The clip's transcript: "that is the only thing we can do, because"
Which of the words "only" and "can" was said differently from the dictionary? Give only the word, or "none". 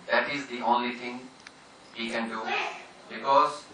none